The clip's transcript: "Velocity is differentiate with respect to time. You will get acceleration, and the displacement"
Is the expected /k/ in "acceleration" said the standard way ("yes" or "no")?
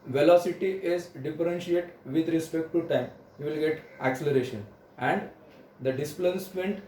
yes